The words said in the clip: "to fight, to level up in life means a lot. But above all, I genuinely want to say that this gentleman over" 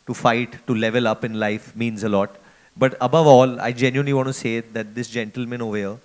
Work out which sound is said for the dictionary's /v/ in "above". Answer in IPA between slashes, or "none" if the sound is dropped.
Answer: /v/